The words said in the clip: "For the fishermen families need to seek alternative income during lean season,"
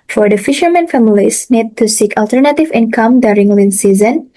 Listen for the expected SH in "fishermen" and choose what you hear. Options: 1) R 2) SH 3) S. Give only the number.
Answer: 2